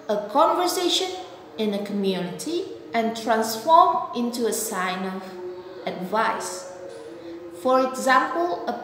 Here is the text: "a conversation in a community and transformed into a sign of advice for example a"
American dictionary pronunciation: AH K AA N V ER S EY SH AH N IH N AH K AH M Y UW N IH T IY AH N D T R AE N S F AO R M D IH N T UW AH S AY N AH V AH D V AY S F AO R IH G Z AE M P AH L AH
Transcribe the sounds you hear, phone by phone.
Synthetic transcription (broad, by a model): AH K AA N V ER S EY SH AH N IH N AH K AH M Y UW N IH T IY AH N T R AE N S F AO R M IH N T UW AH S AY N AH V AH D V AY S F AO R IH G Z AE M P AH L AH